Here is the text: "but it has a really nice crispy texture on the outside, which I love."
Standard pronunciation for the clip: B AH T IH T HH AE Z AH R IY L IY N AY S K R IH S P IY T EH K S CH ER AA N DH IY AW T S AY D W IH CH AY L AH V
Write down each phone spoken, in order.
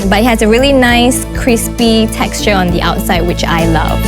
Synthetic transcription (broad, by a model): B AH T IH T HH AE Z AH R IY L IY N AY S K R IH S P IY T EH K S CH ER AA N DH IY AW T S AY D W IH CH AY L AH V